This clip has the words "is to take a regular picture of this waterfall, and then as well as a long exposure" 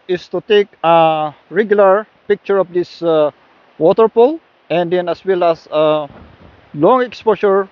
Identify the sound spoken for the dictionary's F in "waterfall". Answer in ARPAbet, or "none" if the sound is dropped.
P